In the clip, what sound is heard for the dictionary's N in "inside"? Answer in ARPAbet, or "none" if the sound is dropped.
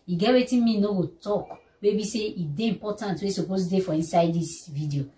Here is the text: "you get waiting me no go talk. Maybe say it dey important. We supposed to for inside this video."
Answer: N